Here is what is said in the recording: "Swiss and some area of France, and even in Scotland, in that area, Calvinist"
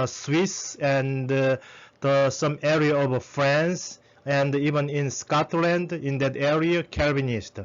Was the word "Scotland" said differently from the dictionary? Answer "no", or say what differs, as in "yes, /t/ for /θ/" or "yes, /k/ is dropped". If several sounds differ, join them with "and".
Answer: no